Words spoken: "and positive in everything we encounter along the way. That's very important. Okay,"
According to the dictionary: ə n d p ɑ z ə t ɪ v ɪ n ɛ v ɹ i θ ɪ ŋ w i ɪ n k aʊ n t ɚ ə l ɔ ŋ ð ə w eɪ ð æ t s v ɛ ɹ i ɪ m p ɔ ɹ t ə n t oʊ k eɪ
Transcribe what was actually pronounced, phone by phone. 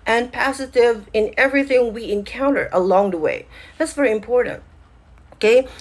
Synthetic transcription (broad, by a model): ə n p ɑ s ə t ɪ v ɪ n ɛ v ɹ i θ ɪ ŋ w i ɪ n k aʊ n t ɚ ə l ɔ ŋ ð ə w eɪ ð æ t s v ɛ ɹ i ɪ m p ɔ ɹ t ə n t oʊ k eɪ